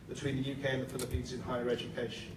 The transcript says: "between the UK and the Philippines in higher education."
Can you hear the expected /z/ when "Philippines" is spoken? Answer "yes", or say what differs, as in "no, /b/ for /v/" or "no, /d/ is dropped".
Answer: yes